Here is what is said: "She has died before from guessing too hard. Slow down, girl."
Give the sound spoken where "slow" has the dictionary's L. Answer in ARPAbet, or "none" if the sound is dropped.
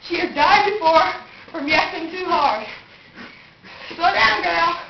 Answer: none